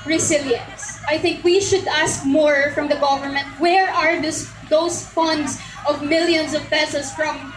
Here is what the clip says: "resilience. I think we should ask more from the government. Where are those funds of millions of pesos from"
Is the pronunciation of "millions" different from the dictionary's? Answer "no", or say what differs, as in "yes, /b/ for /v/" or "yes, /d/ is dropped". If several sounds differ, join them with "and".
yes, /s/ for /z/